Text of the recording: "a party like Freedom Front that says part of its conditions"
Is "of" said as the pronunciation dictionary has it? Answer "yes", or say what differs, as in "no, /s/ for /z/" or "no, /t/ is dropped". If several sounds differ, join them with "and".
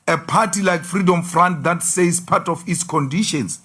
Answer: no, /f/ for /v/